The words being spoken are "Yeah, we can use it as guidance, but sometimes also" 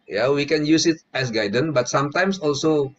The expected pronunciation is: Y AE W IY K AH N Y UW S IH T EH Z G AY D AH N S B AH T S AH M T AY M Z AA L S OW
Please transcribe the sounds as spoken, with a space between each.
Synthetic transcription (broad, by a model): Y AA W IY K AH N Y UW S IH T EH S G AY D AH N B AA T S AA M T AY M S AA L S OW